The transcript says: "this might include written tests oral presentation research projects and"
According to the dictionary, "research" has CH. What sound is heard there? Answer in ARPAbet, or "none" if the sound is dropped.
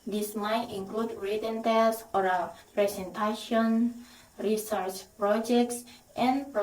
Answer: CH